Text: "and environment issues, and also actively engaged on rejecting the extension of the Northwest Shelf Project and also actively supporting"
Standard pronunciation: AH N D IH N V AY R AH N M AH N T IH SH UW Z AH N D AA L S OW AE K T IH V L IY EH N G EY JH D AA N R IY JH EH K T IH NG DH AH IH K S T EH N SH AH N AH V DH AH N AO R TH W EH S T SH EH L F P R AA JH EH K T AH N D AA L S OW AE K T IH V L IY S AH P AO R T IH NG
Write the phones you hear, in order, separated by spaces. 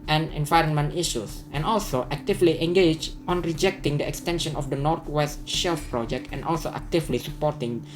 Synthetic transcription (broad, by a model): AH N IH N V AY R AH N M AH N T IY SH UW S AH N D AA L S OW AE K T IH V L IY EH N G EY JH AA N R IY JH EH K T IH NG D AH IH K S T EH N SH AH N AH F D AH N AO R T W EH S T SH EH L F P R AA JH EH K T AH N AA L S OW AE K T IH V L IY S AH P AO R T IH NG